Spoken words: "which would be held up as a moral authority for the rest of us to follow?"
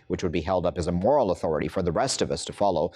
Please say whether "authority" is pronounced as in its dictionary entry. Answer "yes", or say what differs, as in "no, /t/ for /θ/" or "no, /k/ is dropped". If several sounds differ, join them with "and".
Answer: yes